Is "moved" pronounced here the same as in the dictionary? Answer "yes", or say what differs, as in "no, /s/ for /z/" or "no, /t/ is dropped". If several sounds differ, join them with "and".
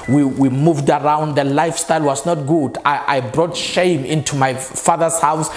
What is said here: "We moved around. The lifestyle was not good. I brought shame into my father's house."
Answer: yes